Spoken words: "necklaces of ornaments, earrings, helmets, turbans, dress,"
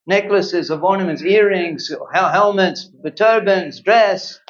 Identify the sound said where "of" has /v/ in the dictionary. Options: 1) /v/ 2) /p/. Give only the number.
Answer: 1